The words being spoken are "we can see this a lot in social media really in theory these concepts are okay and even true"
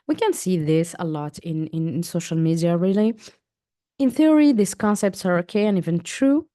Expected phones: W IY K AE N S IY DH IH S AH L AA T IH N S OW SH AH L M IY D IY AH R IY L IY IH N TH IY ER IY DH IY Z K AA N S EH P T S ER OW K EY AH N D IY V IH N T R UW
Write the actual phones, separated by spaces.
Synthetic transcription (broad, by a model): W IY K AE N S IY DH IH S AH L AA T IH N S OW SH AH L M IY D IY AH R IY L IY IH N TH IY ER IY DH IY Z K AA N S EH P T S ER OW K EY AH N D IY V IH N T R UW